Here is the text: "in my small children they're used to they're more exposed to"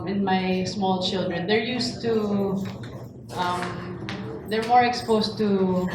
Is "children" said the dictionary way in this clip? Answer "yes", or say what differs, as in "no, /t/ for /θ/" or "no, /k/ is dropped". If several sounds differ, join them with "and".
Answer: yes